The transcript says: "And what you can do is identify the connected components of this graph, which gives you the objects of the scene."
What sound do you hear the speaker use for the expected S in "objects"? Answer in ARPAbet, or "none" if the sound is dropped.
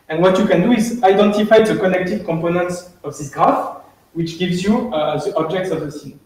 S